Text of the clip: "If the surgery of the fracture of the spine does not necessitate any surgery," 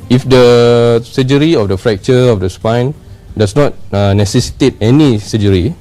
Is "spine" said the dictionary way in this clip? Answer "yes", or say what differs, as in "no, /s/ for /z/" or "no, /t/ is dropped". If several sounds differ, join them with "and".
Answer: yes